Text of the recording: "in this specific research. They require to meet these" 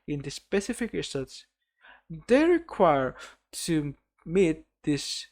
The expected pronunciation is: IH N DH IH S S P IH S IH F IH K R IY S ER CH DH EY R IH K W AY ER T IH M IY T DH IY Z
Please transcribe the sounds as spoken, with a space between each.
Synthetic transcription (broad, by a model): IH N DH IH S S P IH S IH F IH K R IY S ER S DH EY R IH K W AY ER T IH M IY T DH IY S